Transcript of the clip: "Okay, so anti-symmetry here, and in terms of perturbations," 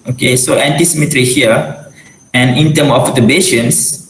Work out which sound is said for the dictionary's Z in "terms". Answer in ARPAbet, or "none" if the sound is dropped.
none